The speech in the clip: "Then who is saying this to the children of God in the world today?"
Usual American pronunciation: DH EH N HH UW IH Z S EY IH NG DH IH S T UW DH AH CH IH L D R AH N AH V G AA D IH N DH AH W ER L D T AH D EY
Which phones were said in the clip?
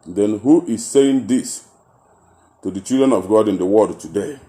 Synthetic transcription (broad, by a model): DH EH N HH UW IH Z S EY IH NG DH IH S T UW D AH CH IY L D R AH N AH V G AA D IH N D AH W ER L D T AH D EY